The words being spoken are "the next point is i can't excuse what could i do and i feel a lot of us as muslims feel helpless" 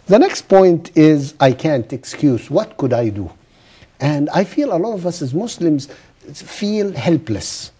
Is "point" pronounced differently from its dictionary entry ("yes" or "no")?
no